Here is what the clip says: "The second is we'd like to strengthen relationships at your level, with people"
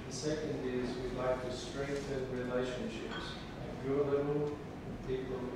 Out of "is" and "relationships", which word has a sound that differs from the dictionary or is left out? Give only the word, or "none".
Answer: none